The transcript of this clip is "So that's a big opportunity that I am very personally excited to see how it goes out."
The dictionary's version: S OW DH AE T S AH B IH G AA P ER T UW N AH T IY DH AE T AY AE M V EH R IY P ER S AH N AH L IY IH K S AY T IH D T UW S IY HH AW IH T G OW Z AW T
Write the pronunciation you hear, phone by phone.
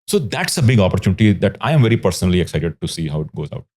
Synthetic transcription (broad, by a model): S OW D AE T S AH B IH G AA P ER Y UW N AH T IY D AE T AY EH M V EH R IY P ER S AH N AH L IY IH K S AY T IH D T UW S IY HH AW IH T G OW Z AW T